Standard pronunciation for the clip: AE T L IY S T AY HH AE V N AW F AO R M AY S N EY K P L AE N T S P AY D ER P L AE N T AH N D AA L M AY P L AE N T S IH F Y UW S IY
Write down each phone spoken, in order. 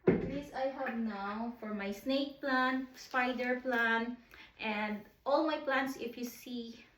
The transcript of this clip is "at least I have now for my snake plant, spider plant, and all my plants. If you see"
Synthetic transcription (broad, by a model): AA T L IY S AY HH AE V N AW F AO R M AY S N EY K P L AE N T S P AY D ER P L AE N T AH N D AA L M AY P L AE N T S IH F Y UW S IY